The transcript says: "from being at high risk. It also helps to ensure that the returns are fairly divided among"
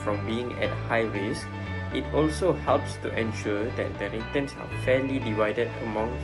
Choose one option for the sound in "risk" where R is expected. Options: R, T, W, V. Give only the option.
W